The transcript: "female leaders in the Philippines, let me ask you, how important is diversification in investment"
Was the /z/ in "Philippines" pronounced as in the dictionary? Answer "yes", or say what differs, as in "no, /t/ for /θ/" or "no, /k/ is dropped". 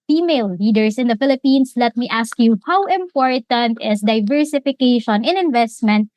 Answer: no, /s/ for /z/